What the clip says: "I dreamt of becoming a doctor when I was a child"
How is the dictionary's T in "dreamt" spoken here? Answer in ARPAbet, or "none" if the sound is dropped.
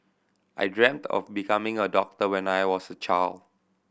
T